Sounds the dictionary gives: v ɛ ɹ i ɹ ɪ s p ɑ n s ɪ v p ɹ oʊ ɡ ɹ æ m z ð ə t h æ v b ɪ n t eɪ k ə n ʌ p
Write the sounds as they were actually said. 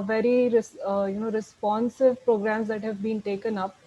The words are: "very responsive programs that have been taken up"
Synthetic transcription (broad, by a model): v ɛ ɹ i ɹ ɪ s p ɑ n s ɪ v p ɹ oʊ ɡ ɹ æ m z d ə t h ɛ v b ɪ n t eɪ k ə n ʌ p